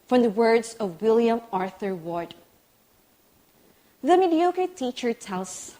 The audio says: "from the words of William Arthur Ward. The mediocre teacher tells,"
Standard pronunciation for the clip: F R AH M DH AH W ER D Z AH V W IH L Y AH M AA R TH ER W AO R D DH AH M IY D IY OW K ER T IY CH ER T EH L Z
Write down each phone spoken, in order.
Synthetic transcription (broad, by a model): F R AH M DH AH W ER D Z AH V W IH L Y AH M AA R TH ER W AO R D DH AH M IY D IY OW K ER T IY CH ER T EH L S